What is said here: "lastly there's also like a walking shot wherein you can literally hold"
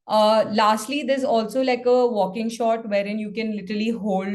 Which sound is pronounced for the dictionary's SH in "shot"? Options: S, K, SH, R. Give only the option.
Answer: SH